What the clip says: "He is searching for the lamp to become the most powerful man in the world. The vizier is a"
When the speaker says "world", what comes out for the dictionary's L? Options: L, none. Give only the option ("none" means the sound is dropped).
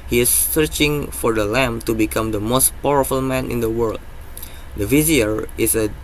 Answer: L